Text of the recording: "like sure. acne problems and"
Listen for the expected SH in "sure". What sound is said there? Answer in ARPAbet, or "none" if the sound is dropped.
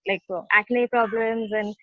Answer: S